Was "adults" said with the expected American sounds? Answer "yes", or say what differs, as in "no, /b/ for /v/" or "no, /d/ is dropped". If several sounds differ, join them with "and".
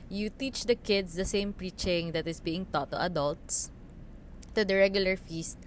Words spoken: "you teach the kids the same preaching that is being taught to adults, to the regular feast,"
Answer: yes